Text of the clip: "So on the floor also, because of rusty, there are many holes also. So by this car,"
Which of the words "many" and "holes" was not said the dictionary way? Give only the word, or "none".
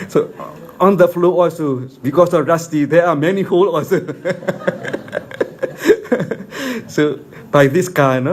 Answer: holes